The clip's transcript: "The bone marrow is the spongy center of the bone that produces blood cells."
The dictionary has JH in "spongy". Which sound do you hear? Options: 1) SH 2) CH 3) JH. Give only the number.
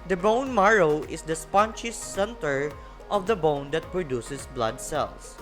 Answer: 2